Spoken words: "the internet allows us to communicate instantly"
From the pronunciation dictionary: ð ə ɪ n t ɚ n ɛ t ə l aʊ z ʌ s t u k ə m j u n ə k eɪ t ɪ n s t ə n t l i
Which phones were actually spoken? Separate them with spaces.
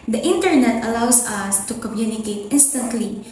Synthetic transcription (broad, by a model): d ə ɪ n t ɚ n ɛ t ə l aʊ s ʌ s t u k ə m j u n ə k eɪ t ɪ n s t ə n t l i